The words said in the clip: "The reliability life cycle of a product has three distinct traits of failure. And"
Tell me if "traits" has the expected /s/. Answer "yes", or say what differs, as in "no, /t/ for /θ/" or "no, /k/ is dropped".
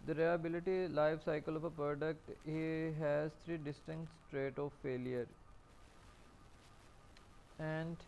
no, /s/ is dropped